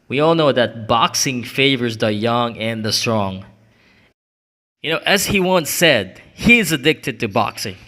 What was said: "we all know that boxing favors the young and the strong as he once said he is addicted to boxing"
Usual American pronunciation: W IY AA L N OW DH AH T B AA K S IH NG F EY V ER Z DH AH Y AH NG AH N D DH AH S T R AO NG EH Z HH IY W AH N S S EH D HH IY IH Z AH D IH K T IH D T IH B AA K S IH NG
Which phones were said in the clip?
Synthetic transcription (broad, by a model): W IY AA L N OW DH AH T B AA K S IH NG F EY V ER Z DH AH Y AH NG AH N DH AH S T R AO NG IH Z HH IY W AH N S S EH D HH IY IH Z AH D IH K T IH D T IH B AA K S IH NG